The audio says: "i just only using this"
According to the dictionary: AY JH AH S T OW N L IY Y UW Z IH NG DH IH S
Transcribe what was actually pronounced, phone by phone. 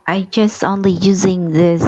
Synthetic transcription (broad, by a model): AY JH AH S T OW N L IY Y UW Z IH NG DH IH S